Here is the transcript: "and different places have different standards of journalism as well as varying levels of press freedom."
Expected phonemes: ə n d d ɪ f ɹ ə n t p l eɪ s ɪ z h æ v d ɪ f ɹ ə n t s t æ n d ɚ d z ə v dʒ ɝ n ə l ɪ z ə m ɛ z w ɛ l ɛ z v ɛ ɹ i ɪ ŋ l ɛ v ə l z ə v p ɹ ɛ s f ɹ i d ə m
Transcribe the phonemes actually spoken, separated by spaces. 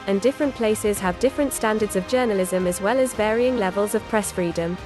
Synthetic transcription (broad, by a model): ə n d d ɪ f ɹ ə n p l eɪ s ɪ z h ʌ v d ɪ f ɹ ə n t s t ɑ n d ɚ d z ə v dʒ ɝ n ə l ɪ z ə m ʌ z w ɛ l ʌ z v ɛ ɹ i ɪ ŋ l ɛ v ə l z ə v p ɹ ɛ s f ɹ i d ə m